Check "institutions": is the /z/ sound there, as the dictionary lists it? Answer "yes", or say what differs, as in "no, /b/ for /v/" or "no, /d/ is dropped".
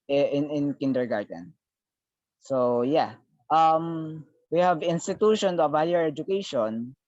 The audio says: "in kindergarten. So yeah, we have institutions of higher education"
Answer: no, /z/ is dropped